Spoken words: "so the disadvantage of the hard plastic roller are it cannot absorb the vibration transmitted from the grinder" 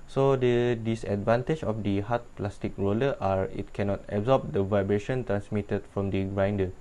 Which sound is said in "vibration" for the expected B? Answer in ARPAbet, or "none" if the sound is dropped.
B